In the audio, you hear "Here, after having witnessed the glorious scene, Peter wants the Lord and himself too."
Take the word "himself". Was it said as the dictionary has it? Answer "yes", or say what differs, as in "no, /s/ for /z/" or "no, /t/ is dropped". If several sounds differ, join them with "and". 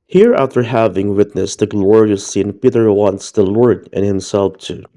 yes